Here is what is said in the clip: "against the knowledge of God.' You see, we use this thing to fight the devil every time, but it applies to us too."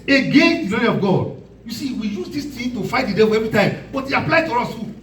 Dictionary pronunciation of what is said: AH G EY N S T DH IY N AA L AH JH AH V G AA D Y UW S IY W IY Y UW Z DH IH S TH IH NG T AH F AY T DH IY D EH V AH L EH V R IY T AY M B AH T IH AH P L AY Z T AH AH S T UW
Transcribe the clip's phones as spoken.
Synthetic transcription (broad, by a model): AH G EY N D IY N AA N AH AH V G AA D Y UW S IY W IY Y UW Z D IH S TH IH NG T AH F AY T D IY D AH W EH V R IY T AY M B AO T IH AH P L AY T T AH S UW